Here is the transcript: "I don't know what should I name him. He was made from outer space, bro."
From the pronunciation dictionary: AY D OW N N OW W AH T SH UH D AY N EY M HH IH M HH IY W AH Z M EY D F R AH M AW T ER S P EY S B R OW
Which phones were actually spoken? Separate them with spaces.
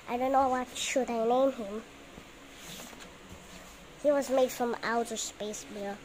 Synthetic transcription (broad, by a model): AY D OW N N OW W AH T SH UH D AY N EY M HH IH M HH IY W AH Z M EY D F R AH M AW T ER S P EY S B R